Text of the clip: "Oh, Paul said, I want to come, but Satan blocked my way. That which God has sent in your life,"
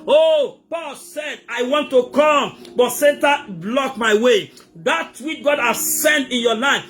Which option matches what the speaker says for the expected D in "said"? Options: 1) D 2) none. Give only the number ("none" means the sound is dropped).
1